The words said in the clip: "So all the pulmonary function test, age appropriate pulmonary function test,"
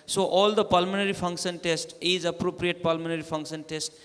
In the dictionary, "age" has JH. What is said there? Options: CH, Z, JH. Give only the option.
Z